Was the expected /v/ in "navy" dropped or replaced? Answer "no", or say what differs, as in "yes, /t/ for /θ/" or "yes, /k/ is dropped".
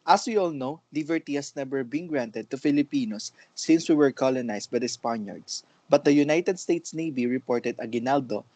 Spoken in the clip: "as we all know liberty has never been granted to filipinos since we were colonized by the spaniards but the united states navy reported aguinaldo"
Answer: yes, /b/ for /v/